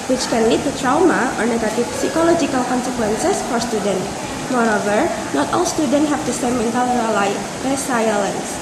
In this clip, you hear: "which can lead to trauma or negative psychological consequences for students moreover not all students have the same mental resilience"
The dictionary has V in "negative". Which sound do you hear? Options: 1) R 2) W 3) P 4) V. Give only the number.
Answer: 3